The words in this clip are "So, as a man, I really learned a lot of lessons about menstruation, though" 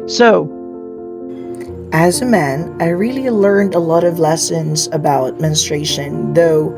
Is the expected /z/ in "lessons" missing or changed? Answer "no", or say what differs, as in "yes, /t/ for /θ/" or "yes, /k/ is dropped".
no